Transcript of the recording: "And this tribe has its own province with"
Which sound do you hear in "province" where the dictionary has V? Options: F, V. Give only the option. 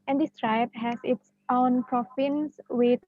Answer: F